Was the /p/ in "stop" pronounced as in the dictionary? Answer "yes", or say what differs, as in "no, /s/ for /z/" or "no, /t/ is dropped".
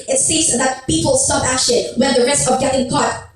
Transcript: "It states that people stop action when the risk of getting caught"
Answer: no, /b/ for /p/